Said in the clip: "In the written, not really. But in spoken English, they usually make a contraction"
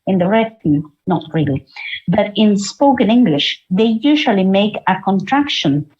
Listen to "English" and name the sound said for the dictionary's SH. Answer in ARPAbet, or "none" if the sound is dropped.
SH